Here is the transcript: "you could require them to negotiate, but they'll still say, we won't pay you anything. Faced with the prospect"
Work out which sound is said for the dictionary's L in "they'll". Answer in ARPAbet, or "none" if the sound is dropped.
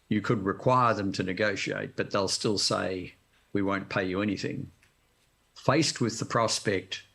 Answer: L